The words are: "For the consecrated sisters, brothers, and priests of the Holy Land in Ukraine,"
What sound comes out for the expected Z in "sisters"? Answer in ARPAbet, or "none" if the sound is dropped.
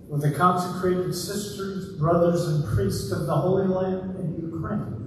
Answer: Z